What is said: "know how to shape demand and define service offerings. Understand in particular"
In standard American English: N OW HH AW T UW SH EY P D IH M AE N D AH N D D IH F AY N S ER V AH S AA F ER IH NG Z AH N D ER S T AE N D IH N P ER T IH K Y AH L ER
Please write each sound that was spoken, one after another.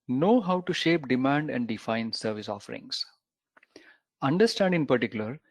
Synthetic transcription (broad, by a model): N OW HH AW T UW SH EY P D IH M AE N D AH N D D IH F AY N S ER V AH S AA F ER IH NG S AH N D ER S T AE N D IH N P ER T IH K Y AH L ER